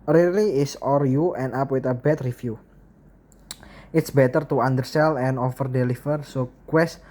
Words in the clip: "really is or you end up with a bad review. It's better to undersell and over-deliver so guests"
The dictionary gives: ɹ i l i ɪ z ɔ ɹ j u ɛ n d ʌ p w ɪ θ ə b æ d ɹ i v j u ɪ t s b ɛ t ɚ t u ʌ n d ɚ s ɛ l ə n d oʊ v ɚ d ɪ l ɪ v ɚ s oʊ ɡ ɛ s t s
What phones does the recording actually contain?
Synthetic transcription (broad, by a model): ɹ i l i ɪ s ɔ ɹ j u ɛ n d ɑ p w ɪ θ ə b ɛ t ɹ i f j u ɪ t s b ɛ t ɚ t u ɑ n d ɚ s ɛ l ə n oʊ f ɚ d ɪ l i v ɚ s oʊ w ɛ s s